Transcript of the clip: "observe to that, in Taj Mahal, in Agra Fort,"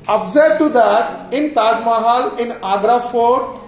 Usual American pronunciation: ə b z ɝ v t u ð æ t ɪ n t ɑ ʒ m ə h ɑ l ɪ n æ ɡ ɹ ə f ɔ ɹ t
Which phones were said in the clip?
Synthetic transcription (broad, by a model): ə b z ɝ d t u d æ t ɪ n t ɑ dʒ m ə h ɑ l ɪ n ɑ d ɹ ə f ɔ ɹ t